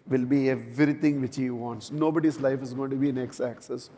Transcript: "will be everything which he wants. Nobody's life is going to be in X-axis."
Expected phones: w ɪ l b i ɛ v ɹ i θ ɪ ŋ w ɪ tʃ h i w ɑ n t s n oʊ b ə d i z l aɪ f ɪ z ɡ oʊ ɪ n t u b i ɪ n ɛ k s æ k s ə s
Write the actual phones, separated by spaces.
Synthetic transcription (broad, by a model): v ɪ l b i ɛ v ɹ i t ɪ ŋ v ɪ tʃ h i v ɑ n t s n oʊ b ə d i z l aɪ f ɪ z ɡ oʊ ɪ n t u b i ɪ n ɛ k s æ k s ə s